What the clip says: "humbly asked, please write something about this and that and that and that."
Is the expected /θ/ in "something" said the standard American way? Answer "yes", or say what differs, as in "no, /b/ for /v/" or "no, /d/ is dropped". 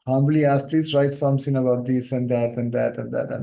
no, /t/ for /θ/